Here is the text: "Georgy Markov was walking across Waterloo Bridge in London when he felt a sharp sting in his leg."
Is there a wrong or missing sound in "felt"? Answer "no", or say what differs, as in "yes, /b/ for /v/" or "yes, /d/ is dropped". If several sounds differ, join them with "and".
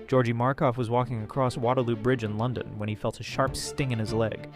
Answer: no